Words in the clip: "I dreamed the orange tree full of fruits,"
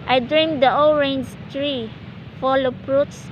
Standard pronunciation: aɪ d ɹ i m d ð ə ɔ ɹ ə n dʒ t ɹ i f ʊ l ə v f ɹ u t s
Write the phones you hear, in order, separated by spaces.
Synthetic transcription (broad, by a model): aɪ d ɹ i m d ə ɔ ɹ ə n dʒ t ɹ i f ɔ l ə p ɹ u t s